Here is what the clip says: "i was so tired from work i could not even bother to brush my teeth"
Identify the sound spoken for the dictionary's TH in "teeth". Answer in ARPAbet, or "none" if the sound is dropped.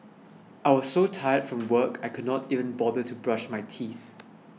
TH